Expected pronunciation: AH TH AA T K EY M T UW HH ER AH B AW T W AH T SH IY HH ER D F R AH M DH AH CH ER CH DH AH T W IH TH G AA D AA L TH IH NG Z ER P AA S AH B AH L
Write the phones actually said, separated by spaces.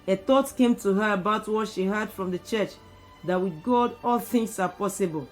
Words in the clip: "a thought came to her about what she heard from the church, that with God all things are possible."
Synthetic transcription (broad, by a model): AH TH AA T K EY M T UW HH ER AH B AW T W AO T SH IY HH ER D F R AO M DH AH CH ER CH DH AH T W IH G AA D AA L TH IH NG S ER P AA S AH B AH L